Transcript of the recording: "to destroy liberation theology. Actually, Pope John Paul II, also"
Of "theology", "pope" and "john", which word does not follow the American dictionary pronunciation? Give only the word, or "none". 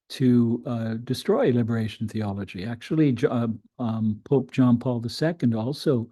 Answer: none